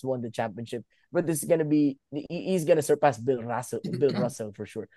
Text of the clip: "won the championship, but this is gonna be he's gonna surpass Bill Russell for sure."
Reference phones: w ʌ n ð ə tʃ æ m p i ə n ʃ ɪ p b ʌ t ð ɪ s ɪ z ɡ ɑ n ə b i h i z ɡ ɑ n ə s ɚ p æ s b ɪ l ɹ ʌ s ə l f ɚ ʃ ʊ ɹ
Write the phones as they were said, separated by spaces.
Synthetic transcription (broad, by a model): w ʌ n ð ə tʃ æ m p i ə n ʃ ɪ p b ʌ t ð ɪ s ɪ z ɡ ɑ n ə b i h i z ɡ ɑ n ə s ɚ p æ s b ɪ l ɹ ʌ s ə l f ɚ ʃ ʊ ɹ